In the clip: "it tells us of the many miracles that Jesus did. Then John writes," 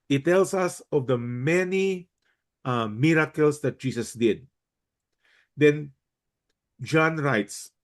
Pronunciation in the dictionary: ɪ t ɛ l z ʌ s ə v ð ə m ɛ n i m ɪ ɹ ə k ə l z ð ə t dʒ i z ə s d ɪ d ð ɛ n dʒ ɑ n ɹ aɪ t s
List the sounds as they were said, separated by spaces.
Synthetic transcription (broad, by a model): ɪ t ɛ l s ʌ s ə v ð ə m ɛ n i m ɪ ɹ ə k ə l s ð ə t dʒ i s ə s d ɪ d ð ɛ n dʒ ɑ n ɹ aɪ t s